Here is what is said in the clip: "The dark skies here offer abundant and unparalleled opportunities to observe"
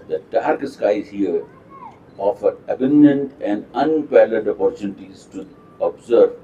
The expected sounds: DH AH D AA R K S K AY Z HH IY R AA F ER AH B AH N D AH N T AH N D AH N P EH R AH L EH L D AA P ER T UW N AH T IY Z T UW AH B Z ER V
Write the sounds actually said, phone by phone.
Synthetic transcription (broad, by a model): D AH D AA R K S K AY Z HH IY R AA F ER AH B AH N D AH N T AH N D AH N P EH L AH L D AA P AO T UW N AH T IY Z T UW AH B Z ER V